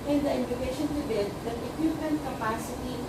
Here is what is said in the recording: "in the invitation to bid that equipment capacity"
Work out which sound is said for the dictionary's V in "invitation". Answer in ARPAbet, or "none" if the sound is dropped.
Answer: none